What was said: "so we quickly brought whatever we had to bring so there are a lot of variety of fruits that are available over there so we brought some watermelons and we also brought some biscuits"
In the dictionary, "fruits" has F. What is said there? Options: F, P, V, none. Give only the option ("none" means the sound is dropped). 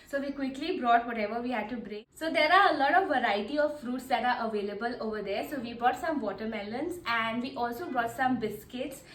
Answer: F